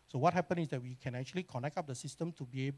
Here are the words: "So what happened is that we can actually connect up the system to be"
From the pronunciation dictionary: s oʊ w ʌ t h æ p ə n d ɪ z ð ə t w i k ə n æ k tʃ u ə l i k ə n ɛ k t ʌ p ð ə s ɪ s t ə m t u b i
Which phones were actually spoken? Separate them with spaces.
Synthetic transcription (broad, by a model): s oʊ w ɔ t h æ p ə n ɪ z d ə t w i k ə n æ k tʃ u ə l i k ə n ɛ k t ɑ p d ə s ɪ s t ə m t u b i